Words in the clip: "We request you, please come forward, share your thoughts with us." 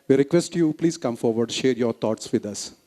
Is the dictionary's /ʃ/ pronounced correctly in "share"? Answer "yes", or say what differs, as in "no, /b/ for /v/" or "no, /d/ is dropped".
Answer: yes